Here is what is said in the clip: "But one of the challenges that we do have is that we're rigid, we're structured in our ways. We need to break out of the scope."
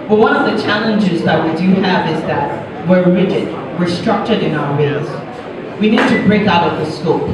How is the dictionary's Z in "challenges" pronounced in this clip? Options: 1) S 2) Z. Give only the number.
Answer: 2